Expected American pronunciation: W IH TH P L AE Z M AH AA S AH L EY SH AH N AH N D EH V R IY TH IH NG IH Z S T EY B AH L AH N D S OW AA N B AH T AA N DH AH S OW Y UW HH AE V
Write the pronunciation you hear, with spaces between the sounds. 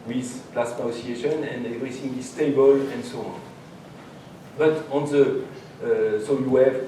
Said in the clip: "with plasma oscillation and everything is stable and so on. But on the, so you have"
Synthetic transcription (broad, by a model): W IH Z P L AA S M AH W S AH EY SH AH N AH N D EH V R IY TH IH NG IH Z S T EY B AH L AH N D S OW AA N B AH T AA N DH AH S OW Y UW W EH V